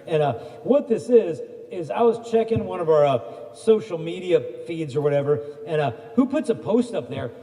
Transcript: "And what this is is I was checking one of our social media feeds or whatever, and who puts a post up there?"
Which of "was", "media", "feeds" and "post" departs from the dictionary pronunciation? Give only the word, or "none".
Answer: none